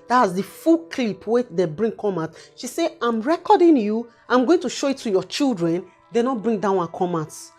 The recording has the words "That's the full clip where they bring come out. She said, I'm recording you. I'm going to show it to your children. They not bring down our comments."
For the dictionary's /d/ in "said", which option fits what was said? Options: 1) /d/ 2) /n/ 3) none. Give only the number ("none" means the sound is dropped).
3